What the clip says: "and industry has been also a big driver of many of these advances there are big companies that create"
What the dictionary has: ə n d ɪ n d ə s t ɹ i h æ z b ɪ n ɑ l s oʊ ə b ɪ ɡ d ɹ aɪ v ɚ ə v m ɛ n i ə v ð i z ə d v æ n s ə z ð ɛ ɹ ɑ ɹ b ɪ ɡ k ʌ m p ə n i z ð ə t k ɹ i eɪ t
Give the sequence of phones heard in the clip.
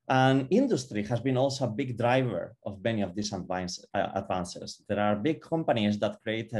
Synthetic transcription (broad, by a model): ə n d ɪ n d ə s t ɹ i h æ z b ɪ n ɑ l s oʊ ə b ɪ ɡ d ɹ aɪ v ɚ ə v m ɛ n i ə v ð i s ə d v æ n s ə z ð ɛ ɹ ɑ ɹ b ɪ ɡ k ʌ m p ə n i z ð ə t k ɹ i eɪ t